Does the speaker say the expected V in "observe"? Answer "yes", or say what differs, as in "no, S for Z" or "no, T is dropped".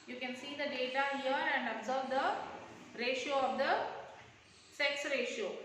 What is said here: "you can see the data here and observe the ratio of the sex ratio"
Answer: yes